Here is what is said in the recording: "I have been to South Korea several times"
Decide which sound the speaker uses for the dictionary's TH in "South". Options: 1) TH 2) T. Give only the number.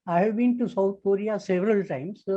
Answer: 2